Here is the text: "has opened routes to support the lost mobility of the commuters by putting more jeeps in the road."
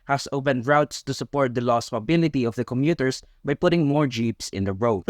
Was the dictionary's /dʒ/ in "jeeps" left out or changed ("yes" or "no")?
no